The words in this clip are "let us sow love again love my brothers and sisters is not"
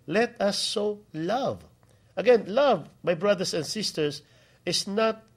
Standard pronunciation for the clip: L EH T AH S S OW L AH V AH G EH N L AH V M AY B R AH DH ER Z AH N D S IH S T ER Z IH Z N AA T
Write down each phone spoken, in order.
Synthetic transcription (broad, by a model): L EH T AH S S OW L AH V AH G EH N L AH V M AY B R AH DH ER S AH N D S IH S T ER S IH S N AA T